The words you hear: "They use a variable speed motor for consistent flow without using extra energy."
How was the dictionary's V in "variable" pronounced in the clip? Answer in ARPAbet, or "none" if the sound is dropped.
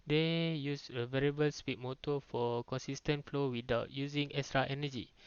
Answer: V